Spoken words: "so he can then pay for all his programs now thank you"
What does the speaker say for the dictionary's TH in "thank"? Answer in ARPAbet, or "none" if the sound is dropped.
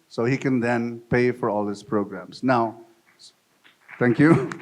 S